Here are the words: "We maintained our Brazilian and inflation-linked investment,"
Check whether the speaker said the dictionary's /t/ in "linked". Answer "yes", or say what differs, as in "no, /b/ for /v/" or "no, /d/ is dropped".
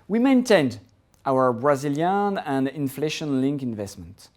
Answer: no, /t/ is dropped